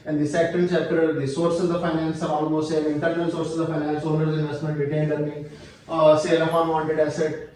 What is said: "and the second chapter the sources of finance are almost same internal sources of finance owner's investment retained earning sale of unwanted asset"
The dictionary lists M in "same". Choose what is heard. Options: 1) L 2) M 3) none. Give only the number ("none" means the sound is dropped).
3